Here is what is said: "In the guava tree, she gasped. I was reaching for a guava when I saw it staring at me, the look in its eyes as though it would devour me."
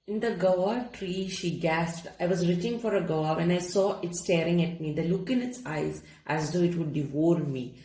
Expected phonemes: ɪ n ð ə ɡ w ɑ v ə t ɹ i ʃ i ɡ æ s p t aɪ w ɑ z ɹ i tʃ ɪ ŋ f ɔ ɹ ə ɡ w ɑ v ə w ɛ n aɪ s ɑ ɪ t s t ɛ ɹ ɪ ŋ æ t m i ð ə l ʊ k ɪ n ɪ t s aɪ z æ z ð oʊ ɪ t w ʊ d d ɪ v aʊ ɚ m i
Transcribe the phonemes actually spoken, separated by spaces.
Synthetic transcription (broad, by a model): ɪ n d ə ɡ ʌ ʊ ə t ɹ i ʃ i ɡ æ s p t aɪ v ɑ z ɹ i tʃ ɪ ŋ f ɔ ɹ ə ɡ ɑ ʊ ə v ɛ n aɪ s ɑ ɪ t s t ɛ ɹ ɪ ŋ æ t m i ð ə l ʊ k ɪ n ɪ t s aɪ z æ z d oʊ ɪ t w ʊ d d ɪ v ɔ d m i